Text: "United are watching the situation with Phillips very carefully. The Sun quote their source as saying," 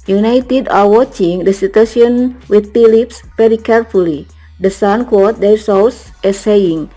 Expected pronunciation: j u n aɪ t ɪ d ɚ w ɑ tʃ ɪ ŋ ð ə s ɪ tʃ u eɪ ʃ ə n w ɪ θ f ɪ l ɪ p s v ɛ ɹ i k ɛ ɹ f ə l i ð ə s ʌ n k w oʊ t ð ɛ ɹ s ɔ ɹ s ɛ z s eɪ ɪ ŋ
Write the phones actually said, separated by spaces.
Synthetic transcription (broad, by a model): j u n aɪ t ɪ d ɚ w ɑ tʃ ɪ ŋ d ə s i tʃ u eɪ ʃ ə n w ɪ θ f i l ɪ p s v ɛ ɹ i k ɛ ɹ f ə l i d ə s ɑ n k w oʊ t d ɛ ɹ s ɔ w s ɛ s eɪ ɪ ŋ